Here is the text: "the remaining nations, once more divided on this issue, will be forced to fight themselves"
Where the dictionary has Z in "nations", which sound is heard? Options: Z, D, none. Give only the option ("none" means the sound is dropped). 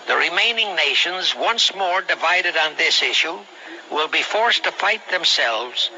Z